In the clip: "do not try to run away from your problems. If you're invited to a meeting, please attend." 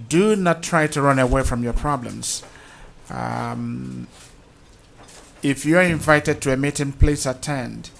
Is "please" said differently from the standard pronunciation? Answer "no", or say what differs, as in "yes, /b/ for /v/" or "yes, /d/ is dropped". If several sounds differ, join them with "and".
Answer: yes, /s/ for /z/